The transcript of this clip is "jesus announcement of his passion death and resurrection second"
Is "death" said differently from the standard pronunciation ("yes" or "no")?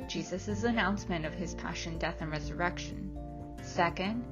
no